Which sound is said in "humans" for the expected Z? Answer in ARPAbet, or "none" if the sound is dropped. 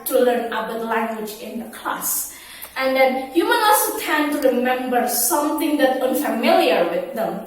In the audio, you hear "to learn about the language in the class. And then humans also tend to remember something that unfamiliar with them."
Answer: none